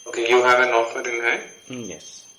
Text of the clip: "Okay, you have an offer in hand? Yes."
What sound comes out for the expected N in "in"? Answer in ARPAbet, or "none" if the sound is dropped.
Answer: L